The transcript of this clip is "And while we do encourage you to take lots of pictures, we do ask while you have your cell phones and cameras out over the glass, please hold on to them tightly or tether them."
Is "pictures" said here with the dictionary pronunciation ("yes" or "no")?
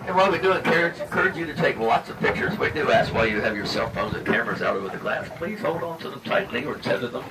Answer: yes